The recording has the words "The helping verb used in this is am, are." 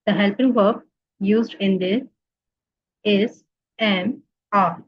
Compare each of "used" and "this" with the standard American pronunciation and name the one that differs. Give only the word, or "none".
this